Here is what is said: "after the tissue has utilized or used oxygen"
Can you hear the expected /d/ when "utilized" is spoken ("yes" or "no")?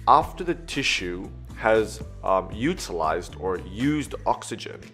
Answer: yes